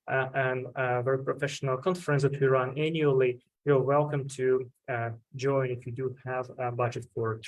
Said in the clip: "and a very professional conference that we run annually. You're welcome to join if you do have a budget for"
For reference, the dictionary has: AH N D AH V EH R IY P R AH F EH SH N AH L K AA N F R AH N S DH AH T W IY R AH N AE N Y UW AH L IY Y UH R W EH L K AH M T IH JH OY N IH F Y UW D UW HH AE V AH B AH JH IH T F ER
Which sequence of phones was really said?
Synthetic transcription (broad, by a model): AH N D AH V EH R IY P R AH F EH SH N AH L K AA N F R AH N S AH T W IY R AH N AE N Y UW AH L IY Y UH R W EH L K AH M T IH JH OY N IH F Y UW D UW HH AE V B AH JH IH T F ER